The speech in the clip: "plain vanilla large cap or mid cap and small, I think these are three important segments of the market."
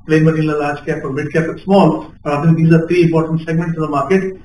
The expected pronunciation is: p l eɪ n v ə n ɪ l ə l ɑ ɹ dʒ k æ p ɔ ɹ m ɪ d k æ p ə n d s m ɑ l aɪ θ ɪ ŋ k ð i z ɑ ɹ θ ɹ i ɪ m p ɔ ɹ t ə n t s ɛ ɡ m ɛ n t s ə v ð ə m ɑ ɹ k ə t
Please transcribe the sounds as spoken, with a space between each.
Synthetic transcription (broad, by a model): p l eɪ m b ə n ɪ n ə l ɑ ɹ dʒ k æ p ɔ ɹ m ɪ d k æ p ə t s m ɑ l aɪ t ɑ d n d i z ɑ ɹ t ɹ i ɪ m p ɔ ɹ t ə n t s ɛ ɡ m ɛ n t s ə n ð ə m ɑ ɹ k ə t